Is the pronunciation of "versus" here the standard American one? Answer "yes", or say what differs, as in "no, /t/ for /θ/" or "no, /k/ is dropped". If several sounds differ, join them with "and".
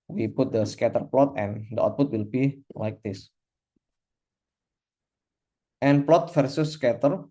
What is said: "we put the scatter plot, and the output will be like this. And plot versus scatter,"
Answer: no, /f/ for /v/